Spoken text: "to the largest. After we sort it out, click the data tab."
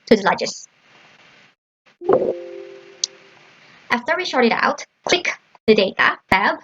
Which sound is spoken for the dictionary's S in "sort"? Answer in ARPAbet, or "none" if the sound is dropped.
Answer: SH